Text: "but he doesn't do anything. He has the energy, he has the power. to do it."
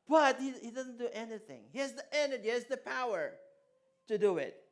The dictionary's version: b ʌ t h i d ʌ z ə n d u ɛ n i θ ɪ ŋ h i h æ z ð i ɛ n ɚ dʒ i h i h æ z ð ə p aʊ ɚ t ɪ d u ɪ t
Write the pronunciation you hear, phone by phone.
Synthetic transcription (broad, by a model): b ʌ t h i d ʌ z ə n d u ɛ n i θ ɪ ŋ h i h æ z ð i ɛ n ɚ dʒ i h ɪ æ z ð ə p aʊ ɚ t ɪ d u ɪ t